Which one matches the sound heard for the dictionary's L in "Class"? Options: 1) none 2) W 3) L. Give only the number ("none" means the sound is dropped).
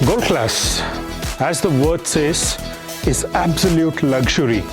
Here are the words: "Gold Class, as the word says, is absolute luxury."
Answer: 3